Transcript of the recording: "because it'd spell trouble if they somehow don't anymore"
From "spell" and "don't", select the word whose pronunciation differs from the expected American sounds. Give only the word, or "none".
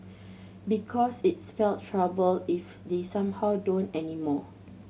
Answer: spell